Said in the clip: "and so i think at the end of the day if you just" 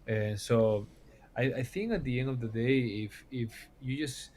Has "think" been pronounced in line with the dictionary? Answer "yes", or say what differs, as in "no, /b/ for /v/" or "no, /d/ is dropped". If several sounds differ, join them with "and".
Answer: yes